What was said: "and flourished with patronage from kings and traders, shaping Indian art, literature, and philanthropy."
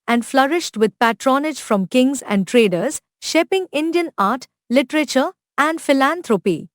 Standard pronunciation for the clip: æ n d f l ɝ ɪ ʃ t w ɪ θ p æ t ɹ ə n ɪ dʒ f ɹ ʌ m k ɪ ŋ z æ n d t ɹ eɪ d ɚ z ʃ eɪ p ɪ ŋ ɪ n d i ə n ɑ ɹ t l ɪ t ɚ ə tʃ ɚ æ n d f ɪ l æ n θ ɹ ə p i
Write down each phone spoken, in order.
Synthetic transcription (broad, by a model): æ n d f l ɝ ɪ ʃ t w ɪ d p æ t ɹ ə n ɪ dʒ f ɹ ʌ m k ɪ ŋ z æ n d t ɹ eɪ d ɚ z ʃ eɪ p ɪ ŋ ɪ n d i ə n ɑ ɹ t l ɪ t ɚ ə tʃ ɚ æ n d f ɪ l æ n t ɹ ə p i